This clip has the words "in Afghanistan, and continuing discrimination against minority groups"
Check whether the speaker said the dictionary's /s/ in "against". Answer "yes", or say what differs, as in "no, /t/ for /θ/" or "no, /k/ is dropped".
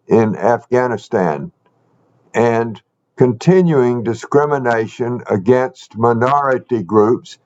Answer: yes